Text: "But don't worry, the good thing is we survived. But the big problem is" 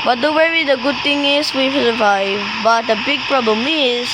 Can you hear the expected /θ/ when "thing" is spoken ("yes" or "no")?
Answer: no